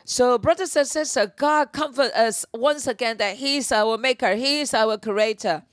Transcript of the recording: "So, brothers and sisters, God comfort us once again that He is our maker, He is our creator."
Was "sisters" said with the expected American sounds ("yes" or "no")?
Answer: no